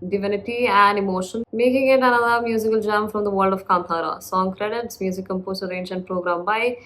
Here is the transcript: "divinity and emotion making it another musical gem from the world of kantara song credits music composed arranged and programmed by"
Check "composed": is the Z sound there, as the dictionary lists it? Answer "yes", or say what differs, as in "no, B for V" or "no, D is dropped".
no, S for Z